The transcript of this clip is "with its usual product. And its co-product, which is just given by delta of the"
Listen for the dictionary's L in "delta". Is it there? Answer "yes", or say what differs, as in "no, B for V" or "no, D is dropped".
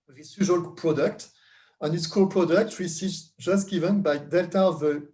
yes